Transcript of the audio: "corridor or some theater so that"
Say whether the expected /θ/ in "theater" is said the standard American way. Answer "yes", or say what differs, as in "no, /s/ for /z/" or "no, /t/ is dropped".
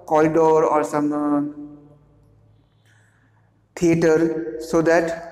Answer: no, /t/ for /θ/